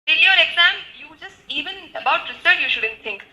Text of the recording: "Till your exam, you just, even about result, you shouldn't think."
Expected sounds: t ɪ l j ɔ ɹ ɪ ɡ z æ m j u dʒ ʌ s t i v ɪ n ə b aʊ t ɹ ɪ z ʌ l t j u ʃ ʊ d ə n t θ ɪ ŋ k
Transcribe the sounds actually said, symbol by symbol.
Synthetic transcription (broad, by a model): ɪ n j ɔ ɹ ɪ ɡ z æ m j u dʒ ʌ s t i v ɪ n ə b aʊ t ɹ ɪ s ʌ t j u ʃ ʊ d ə n t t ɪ ŋ k